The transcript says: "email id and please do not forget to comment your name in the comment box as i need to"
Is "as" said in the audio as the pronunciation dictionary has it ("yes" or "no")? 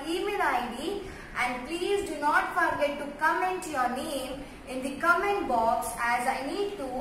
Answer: yes